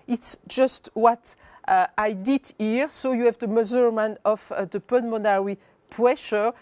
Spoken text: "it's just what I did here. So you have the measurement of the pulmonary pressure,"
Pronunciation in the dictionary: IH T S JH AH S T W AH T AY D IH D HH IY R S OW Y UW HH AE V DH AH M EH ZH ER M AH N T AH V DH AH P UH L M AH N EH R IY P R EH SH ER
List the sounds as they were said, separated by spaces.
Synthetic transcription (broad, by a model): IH T S JH AH S T W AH T AY D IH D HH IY R S OW Y UW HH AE V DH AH M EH Z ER M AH N AH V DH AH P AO N M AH N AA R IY P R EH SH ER